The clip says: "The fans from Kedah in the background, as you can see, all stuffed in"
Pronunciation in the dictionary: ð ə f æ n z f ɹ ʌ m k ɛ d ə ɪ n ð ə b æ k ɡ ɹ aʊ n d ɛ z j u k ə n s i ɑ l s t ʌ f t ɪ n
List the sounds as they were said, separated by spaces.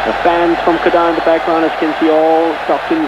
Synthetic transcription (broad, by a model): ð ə f æ n z f ɹ ʌ m k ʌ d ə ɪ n ð ə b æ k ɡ ɹ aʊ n ɪ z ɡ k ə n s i ɑ l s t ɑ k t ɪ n